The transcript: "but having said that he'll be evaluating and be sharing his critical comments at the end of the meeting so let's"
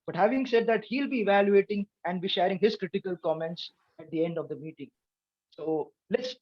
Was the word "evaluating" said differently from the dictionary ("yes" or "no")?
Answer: no